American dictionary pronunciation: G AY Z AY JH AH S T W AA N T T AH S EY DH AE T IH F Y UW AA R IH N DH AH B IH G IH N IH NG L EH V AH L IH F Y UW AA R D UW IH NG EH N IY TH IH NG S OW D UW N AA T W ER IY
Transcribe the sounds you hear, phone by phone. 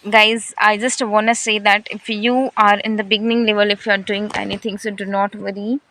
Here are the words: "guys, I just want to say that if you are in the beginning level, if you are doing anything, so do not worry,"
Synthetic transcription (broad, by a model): G AY Z AY JH AH S T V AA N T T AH S EY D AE T IH F Y UW AA R IH N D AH B IH G IH N IH NG L EH V AH L IH F Y UW AA R D UW IH NG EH N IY T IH NG S OW D UW N AA T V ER IY